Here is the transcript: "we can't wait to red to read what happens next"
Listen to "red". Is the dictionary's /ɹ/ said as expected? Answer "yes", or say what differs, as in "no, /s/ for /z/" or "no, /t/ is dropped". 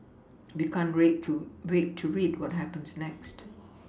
no, /w/ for /ɹ/